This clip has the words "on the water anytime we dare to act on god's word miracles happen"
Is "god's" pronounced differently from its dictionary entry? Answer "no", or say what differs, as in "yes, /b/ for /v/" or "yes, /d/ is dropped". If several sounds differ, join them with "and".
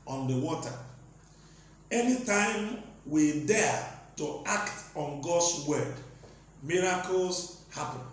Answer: yes, /s/ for /z/